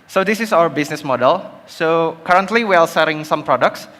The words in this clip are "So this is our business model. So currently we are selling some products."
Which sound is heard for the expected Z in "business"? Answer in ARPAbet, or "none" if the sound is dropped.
S